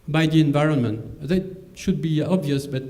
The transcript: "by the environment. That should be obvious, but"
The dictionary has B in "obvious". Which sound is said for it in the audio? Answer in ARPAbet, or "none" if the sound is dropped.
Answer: B